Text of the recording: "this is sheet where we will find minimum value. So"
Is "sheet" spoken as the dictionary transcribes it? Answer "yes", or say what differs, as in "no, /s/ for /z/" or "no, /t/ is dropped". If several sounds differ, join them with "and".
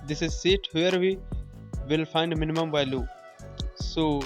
no, /s/ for /ʃ/